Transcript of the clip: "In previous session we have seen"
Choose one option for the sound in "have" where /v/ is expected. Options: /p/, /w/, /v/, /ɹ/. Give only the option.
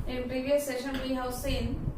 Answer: /w/